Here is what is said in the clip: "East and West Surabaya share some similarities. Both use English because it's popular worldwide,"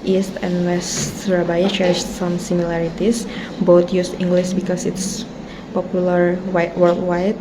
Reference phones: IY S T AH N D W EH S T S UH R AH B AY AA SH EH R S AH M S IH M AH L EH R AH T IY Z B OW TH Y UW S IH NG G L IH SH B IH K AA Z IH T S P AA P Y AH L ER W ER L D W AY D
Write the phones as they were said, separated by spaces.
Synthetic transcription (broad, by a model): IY S T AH N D W EH S T R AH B AY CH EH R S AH M S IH M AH L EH R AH T IY S B OW T Y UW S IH NG G L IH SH B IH K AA S IH T S P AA P Y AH L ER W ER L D W AY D